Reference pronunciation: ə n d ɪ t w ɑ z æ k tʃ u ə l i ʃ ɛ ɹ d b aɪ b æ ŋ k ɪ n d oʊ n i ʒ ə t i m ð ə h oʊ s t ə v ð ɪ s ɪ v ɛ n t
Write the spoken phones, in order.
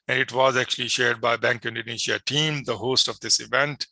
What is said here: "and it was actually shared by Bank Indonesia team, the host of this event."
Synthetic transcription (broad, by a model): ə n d ɪ t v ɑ z æ k tʃ u ə l i ʃ ɛ ɹ d b aɪ b æ ŋ k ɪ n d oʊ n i ʃ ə t i m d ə h oʊ s t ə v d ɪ s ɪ v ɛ n t